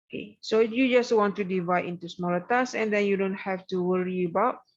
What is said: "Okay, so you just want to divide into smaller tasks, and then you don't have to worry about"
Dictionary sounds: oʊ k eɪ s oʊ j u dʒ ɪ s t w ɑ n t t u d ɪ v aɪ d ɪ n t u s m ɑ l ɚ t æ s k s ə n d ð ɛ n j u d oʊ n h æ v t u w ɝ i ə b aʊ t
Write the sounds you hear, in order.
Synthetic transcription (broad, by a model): k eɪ s oʊ j u dʒ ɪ s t w ɑ n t t u d ɪ v aɪ d ɪ n t u s m ɑ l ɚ t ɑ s s ə n d ɛ n j u d oʊ n h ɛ f t u w ɝ i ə b aʊ t